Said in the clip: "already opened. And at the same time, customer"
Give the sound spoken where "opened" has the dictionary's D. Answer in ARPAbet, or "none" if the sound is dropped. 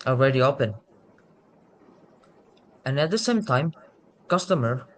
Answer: none